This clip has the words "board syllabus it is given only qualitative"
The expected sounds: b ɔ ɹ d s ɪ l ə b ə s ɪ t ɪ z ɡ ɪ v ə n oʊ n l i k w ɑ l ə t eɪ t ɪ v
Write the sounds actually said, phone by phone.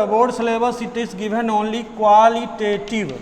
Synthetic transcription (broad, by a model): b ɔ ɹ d s l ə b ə s ɪ t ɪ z ɡ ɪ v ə n oʊ n l i k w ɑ l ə t eɪ t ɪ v